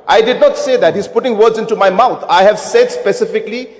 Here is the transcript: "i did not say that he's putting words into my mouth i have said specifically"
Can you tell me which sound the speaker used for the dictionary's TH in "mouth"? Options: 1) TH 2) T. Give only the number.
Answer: 2